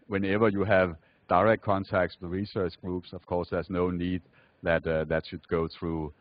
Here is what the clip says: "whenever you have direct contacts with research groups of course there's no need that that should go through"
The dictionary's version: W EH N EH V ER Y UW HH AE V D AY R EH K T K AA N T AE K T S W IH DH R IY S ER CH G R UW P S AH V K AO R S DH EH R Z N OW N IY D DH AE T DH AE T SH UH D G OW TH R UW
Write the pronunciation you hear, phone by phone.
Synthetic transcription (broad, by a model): W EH N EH V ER Y UW HH AE V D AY R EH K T K AA N T AE K T S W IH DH R IY S ER CH G R UW P S AH V K AO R S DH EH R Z N OW N IY D DH AE T DH AE T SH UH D G OW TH R UW